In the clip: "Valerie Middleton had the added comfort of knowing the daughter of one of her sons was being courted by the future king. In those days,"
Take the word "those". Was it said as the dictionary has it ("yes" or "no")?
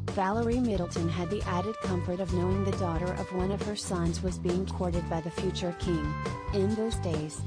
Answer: yes